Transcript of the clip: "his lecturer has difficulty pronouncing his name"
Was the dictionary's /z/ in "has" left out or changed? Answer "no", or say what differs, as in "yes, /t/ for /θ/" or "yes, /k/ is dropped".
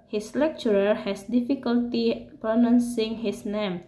yes, /s/ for /z/